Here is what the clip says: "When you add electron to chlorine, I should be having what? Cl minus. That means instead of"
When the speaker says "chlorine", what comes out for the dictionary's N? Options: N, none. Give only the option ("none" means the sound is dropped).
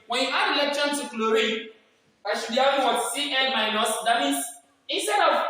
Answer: none